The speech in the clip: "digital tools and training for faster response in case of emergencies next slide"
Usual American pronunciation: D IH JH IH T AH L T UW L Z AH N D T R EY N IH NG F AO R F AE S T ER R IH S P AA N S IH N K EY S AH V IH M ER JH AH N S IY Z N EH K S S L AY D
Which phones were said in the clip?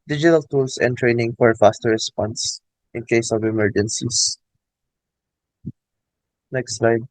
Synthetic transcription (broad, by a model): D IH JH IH T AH L T UW L S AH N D T R EY N IH NG F AO R F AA S T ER R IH S P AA N S IH N K EY S AH V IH M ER JH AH N S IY S N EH K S S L AY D